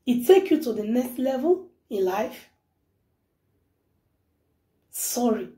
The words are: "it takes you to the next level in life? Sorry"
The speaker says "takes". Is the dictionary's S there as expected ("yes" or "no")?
no